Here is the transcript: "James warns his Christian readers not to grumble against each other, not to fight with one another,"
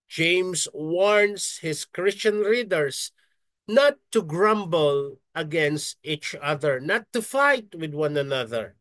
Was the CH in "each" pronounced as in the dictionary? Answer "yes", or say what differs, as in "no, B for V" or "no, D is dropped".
yes